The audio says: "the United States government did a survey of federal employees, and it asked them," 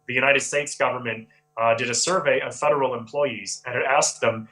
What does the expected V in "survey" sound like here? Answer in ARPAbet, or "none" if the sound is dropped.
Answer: V